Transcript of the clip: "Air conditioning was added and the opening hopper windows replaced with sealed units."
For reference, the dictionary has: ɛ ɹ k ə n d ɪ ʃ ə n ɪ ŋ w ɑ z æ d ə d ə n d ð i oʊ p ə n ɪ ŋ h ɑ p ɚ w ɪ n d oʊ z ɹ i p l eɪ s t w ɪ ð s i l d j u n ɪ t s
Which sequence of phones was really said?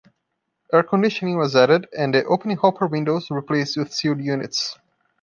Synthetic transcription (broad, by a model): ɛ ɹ k ə n d ɪ ʃ ə n ɪ ŋ w ɑ z æ d ə d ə n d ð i oʊ p ə n ɪ ŋ h ɑ p ɚ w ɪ n d oʊ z ɹ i p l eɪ s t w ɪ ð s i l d j u n ɪ t s